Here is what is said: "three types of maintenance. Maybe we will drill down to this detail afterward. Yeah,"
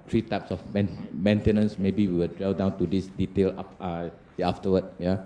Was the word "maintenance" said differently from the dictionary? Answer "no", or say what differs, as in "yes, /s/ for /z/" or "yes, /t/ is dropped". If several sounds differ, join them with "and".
no